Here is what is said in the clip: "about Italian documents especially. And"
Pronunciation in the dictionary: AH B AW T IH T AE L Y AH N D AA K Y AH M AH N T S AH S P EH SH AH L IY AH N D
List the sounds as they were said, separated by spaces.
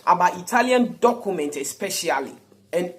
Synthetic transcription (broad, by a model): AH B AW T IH T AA L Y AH N D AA K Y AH M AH N T AH S P EH SH AH L IY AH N